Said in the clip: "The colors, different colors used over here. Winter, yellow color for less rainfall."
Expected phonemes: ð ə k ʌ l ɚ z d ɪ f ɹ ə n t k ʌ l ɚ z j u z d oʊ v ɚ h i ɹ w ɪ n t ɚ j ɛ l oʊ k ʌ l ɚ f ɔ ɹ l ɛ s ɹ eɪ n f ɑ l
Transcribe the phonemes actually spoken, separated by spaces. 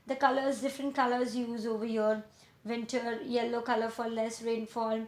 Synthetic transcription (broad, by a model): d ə k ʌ l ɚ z d ɪ f ɹ ə n t k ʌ l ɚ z j u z oʊ v ɚ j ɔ ɹ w ɪ n t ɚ j ɛ l oʊ k ʌ l ɚ f ɔ ɹ l ɛ s ɹ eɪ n f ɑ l